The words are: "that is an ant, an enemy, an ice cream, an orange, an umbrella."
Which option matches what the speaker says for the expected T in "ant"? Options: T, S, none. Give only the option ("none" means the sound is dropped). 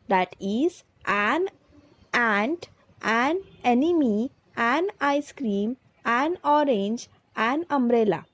T